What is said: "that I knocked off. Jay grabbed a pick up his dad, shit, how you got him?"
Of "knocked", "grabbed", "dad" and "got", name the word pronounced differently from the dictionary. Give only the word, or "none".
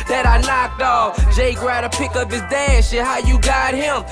grabbed